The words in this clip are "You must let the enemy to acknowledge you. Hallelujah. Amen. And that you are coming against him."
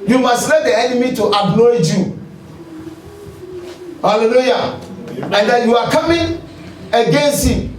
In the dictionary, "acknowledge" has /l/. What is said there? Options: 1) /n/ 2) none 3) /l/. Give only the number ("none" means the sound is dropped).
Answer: 2